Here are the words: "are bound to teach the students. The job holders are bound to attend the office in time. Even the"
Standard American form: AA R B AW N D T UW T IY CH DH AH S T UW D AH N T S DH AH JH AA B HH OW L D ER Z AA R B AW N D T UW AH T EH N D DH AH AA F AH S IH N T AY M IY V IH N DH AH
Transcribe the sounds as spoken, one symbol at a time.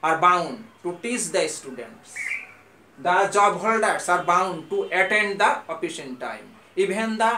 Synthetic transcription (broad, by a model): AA R B AW N D T UW T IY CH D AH S T UW D AH N T S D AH JH AA B HH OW L D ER S AA R B AW N D T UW AH T EH N D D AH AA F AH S IH N T AY M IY B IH N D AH